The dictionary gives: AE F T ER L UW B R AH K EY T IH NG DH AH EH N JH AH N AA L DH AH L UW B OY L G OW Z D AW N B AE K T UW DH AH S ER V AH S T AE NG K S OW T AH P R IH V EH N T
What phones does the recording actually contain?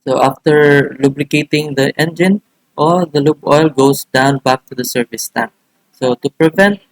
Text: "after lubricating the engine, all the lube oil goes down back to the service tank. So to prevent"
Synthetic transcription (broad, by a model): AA F T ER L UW B L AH K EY T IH NG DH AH EH N JH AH N AA L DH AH L UW B OY L G OW S D AW N B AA K T UW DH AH S ER V AH S T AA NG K S OW T AH P R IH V EH N T